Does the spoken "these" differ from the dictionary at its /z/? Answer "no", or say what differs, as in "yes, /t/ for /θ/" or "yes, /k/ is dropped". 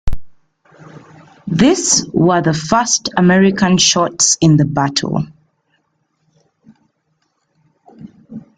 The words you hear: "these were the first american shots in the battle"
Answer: yes, /s/ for /z/